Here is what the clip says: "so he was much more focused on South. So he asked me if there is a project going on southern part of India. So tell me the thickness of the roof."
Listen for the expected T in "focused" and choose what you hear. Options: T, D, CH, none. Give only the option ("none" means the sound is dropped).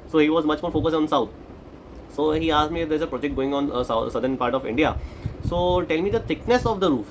none